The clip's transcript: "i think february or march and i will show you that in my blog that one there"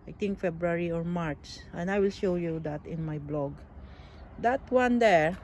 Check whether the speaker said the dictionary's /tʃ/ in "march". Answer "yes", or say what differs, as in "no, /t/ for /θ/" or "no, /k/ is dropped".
no, /s/ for /tʃ/